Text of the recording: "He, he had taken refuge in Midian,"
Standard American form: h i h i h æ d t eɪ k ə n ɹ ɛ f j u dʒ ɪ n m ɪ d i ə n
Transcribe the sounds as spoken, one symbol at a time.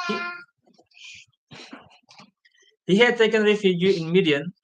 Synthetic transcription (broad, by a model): h i h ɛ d t eɪ k ə n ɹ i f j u ɪ n m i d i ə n